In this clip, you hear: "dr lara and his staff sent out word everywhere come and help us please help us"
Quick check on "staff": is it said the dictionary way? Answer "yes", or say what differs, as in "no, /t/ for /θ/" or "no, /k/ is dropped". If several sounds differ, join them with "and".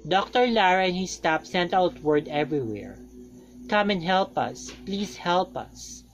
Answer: no, /p/ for /f/